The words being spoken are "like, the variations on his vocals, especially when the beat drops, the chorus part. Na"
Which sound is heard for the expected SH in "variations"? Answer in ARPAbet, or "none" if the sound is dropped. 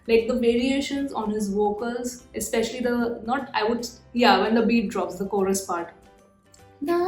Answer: SH